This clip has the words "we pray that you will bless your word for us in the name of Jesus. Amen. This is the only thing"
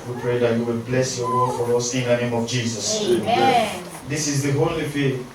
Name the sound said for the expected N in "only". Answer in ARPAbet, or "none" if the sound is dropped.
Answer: none